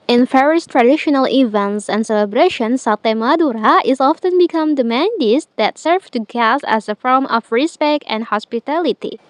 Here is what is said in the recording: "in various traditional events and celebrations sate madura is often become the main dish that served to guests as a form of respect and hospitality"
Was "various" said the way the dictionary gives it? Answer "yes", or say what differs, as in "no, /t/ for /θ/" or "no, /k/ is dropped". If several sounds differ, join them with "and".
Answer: no, /f/ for /v/